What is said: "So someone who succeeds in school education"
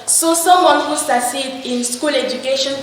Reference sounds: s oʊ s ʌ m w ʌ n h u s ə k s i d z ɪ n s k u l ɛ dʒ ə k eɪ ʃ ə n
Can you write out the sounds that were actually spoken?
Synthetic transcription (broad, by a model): s oʊ s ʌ m w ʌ n h u s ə s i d ɪ n s k u l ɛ dʒ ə k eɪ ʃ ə n